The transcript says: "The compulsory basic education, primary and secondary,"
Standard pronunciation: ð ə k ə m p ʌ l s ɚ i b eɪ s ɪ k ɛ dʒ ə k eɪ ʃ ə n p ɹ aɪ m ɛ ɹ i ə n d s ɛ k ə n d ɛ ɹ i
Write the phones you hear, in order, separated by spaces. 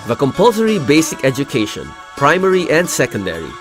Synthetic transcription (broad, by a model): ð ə k ə m p ʌ l s ɚ i b eɪ s ɪ k ɛ dʒ ə k eɪ ʃ ə n p ɹ aɪ m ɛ ɹ i ə n d s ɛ k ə n d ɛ ɹ i